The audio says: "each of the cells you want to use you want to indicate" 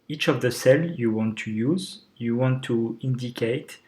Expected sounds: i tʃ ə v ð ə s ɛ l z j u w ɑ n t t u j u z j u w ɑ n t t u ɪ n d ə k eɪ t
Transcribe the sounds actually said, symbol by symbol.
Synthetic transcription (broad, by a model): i tʃ ə v ð ə s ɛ l j u w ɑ n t t u j u z j u w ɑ n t t u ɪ n d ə k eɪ t